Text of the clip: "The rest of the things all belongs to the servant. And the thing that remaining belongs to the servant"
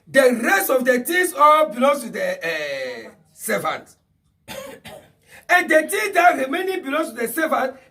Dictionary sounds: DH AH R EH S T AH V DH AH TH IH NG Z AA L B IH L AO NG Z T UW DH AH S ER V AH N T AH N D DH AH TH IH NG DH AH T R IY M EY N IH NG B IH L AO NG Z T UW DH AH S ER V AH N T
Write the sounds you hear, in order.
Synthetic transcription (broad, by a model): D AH R EH S T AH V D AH T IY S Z AA L B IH L AO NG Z T UW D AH S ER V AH N T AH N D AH T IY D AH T R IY M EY N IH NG B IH L AO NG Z T UW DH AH S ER V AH N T